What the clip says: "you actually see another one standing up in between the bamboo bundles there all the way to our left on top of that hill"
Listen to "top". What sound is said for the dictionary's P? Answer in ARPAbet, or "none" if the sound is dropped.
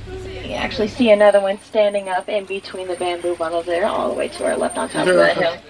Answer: none